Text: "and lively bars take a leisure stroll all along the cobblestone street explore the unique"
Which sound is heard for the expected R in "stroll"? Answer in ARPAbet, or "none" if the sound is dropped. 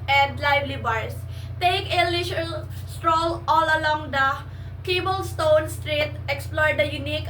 R